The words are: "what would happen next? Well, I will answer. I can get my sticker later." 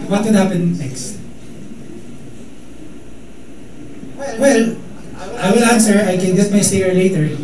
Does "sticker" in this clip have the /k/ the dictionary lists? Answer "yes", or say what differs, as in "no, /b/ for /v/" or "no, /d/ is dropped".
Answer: no, /k/ is dropped